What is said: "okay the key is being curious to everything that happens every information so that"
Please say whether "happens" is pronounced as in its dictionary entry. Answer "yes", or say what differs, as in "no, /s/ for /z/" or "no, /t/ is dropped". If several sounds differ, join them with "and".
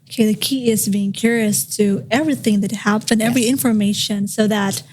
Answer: no, /z/ is dropped